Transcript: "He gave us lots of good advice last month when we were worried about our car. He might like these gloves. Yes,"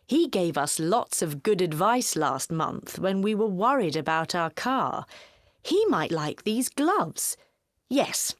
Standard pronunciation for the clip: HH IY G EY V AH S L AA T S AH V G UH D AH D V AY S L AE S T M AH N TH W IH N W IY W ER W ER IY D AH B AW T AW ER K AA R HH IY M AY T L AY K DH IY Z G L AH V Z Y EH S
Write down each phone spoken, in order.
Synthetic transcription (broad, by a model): HH IY G EY V AH S L AA T S AH V G UH D AH D V AY S L AE S T M AH N TH W IH N W IY W ER W ER IY D AH B AW T AW ER K AA R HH IY M AY T L AY K DH IY Z G L AH V Z Y EH S